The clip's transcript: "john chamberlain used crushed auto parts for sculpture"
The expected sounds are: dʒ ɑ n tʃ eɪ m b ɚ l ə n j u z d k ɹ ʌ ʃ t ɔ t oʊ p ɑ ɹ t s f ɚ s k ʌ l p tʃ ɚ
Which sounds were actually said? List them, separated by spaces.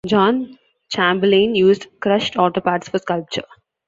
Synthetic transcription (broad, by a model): dʒ ɑ n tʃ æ m b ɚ l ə n j u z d k ɹ ʌ ʃ t ɔ t oʊ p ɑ t s f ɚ s k ʌ l p tʃ ɚ